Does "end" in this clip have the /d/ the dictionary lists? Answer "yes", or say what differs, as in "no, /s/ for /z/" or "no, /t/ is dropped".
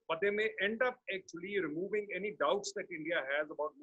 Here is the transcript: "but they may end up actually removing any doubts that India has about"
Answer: yes